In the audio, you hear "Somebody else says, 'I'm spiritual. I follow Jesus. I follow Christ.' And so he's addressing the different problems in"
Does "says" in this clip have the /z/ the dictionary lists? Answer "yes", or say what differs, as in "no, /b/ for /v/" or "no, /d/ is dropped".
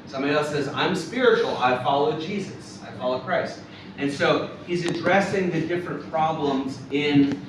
yes